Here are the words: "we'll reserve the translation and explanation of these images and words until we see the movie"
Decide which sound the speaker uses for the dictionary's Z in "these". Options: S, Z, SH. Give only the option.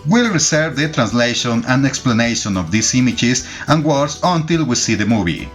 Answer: S